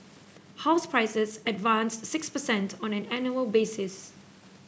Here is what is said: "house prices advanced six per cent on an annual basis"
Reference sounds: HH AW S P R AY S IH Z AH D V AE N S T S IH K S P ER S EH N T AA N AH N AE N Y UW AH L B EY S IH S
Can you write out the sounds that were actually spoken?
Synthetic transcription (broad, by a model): HH AW S P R AY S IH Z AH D V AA N S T S IH K S P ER S EH N T AA N AH N AE N Y UW AH L B EY S IH S